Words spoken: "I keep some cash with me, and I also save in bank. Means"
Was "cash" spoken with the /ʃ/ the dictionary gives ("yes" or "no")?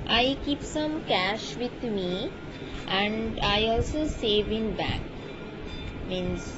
yes